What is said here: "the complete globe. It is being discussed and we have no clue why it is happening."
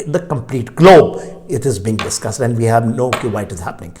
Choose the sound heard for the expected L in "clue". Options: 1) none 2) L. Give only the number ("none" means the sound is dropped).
1